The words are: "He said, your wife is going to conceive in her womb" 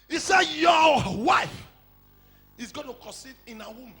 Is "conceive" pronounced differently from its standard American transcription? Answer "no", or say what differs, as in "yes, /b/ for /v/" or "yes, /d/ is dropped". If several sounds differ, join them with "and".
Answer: yes, /n/ is dropped and /v/ is dropped